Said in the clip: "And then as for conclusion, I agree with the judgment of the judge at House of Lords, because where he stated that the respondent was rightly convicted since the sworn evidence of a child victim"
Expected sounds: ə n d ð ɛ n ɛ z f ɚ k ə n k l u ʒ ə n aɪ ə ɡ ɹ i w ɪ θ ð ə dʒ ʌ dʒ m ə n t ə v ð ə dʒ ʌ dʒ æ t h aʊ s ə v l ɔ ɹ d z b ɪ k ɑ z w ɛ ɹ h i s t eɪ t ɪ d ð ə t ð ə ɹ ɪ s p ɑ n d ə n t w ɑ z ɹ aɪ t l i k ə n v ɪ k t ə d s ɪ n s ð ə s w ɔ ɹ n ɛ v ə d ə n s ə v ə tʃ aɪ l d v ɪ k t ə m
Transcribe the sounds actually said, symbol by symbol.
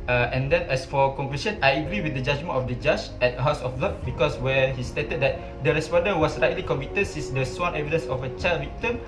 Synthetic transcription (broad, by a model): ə n d ɛ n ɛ s f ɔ k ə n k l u ʃ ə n aɪ ə ɡ ɹ i w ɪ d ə dʒ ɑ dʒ m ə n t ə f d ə dʒ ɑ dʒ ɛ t h aʊ s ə b l ɔ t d b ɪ k ɑ s w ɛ h i s t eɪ t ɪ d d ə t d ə ɹ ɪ s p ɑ n d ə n w ɑ s ɹ aɪ t l i k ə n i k t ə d s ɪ n s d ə s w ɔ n ɛ v ə d ə n s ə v ə tʃ aɪ l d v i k t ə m